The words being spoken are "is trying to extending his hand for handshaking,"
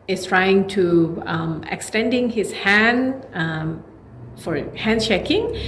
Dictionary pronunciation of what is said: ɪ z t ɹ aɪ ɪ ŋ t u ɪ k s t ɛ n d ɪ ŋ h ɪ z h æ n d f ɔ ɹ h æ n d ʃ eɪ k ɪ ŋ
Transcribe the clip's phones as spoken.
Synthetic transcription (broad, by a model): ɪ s t ɹ aɪ ɪ ŋ t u ɪ k s t ɛ n d ɪ ŋ h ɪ s h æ n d f ɔ ɹ h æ n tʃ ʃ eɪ k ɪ ŋ